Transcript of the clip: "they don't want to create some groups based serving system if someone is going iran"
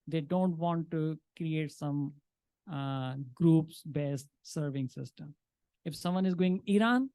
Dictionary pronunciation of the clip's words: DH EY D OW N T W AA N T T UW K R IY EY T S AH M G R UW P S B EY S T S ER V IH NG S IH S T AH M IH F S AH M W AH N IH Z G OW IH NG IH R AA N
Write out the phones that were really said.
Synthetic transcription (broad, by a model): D EY D OW N T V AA N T T UW K R IY EY T S AH M G R UW P S B EY S T S ER V IH NG S IH S T AH M IH F S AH M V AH N IH Z G OW IH NG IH R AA N